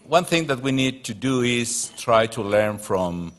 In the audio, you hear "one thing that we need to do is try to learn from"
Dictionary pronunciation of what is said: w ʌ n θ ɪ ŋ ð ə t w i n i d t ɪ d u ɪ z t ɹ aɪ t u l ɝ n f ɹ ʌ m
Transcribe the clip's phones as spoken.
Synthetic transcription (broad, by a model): w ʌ n θ ɪ ŋ ð ə t w i n i d t ɪ d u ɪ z t ɹ aɪ t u l ɝ n f ɹ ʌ m